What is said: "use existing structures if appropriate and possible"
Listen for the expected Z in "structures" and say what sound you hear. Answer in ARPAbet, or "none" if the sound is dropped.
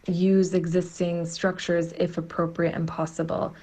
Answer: Z